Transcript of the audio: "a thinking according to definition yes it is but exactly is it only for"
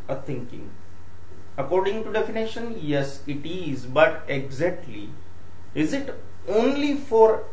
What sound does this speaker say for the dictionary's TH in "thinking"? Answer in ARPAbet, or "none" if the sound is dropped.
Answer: T